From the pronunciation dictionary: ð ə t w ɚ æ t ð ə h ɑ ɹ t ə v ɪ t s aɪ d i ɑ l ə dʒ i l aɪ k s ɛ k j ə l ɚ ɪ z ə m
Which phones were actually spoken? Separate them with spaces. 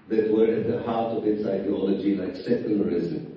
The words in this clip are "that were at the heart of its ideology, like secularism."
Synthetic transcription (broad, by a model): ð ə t w ɚ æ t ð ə h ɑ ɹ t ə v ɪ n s aɪ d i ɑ l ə dʒ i n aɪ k s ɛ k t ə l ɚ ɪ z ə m